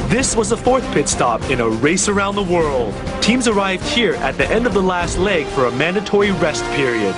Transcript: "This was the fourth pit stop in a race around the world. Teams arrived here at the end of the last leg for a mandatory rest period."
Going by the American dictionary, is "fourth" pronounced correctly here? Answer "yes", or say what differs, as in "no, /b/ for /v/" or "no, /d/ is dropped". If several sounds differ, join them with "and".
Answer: yes